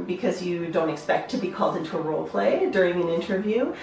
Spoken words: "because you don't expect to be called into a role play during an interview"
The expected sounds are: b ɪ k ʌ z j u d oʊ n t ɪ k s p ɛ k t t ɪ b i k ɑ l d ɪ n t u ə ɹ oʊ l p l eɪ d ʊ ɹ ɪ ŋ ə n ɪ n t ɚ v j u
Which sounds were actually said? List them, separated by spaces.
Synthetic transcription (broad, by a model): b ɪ k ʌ z j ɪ d oʊ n t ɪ k s p ɛ k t t ɪ b i k ɑ l d ɪ n t u ə ɹ oʊ l p l eɪ d ʊ ɹ ɪ ŋ ə n ɪ n t ɚ v j u